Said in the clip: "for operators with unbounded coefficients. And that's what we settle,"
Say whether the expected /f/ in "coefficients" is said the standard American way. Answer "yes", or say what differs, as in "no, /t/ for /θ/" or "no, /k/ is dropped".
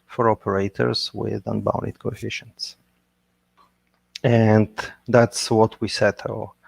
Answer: yes